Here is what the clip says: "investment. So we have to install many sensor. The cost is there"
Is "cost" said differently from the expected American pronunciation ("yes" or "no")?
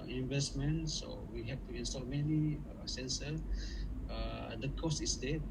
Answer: no